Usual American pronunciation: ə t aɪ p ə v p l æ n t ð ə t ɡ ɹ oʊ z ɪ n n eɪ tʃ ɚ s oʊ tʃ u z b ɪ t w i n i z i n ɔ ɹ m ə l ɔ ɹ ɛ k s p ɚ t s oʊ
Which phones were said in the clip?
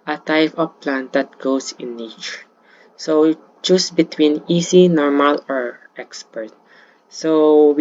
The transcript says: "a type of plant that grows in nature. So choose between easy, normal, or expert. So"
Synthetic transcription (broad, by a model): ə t aɪ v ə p l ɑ n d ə t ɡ oʊ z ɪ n n eɪ tʃ ɚ s oʊ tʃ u s b ɪ t w i n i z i n ɔ ɹ m ə l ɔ ɹ ɛ k s p ɚ t s oʊ